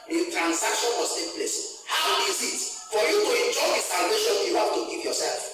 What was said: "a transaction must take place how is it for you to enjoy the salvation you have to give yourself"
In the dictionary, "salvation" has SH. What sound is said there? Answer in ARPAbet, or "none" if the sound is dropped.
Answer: SH